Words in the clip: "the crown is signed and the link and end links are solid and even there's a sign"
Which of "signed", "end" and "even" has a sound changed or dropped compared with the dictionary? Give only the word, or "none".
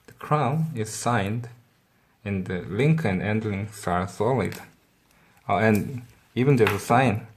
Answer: none